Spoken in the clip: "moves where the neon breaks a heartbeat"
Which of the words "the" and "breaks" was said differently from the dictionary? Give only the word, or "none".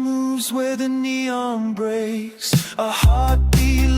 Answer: breaks